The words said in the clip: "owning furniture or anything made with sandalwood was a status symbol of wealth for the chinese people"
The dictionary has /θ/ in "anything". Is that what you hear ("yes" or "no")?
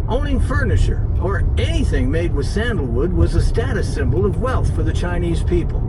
yes